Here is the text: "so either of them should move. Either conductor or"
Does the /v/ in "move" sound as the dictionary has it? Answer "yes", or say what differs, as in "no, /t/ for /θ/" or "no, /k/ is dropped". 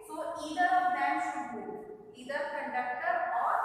no, /v/ is dropped